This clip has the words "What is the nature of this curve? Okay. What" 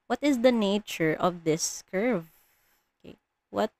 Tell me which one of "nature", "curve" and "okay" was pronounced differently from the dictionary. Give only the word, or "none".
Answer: none